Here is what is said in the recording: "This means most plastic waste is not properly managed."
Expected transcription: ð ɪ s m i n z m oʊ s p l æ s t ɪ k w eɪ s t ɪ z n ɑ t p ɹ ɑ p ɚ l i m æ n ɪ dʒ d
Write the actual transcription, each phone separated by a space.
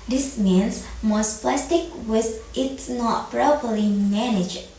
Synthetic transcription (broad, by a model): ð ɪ s m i n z m oʊ s p l æ s t ɪ k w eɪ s t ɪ s n ɑ t p ɹ ɑ p ɚ l i m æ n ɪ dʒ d